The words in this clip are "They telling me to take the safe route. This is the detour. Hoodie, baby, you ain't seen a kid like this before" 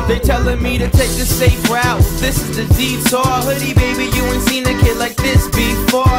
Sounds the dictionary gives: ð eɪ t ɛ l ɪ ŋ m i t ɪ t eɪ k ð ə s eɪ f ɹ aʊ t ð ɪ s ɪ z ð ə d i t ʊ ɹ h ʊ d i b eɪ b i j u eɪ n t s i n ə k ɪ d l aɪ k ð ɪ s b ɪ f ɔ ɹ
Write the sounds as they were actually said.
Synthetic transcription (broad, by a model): ð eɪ t ɛ l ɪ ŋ m i t ɪ t eɪ k ð ə s eɪ f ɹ aʊ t ð ɪ s ɪ z ð ə d i s ʊ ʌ h ʊ d i b eɪ b i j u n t s i n ə k ɪ d l aɪ k ð ɪ s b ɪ f ɔ